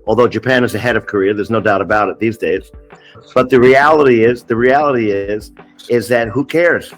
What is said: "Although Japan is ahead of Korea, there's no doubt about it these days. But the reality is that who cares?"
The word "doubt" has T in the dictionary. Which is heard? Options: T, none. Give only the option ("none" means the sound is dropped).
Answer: T